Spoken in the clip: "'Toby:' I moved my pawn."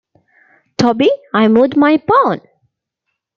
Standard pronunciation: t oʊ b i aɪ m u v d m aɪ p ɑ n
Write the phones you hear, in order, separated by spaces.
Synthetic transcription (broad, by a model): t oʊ b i aɪ m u d m aɪ p ɑ n